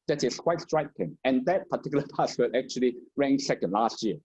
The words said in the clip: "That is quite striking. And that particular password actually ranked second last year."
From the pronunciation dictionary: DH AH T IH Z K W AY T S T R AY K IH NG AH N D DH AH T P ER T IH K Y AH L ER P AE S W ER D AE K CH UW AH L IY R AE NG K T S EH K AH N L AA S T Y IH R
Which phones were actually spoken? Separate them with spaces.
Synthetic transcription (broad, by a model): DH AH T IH S K W AY T S T R AY K IH NG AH N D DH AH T P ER T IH K Y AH L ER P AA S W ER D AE K CH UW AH L IY R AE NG S EH K AH N L AA S T Y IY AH